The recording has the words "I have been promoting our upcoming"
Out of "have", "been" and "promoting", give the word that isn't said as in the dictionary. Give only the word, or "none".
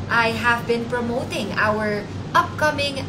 none